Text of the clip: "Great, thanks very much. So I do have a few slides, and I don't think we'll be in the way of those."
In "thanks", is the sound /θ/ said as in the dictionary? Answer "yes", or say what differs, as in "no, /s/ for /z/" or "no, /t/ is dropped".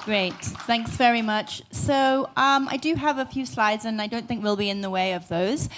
yes